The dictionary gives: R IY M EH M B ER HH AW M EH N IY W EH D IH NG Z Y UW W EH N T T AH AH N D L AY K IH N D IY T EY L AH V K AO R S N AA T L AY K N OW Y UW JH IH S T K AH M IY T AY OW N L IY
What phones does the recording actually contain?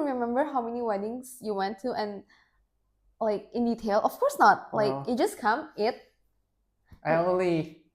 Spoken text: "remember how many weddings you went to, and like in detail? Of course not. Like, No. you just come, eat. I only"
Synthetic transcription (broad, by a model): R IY M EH M B ER HH AW M EH N IY W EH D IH NG S Y UW W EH N T T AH N L AY K IH N D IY T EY L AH F K AO R S N AA T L AY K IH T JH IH S K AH M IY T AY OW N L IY